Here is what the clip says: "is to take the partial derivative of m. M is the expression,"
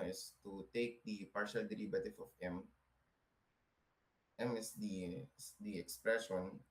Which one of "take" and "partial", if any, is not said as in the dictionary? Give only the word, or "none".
none